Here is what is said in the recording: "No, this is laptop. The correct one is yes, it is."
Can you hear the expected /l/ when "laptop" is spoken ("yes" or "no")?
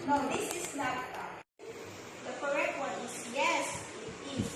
no